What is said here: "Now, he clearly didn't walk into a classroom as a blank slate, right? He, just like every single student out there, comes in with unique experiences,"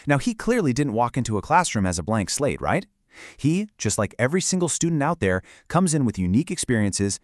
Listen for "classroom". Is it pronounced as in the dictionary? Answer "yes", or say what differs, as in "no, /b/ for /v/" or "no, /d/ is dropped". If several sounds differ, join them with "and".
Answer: yes